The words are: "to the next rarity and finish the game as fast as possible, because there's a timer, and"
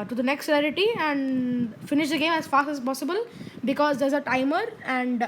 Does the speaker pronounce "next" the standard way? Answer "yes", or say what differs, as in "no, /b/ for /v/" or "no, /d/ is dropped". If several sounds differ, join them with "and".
yes